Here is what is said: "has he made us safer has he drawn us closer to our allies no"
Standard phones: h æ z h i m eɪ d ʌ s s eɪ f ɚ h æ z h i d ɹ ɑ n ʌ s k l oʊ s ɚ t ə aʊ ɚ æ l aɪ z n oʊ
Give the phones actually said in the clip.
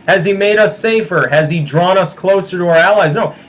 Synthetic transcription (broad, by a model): h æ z i m eɪ d ʌ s s eɪ f ɚ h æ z i d ɹ ɑ n ʌ s k l oʊ s ɚ t ə aʊ ɚ æ l aɪ z n oʊ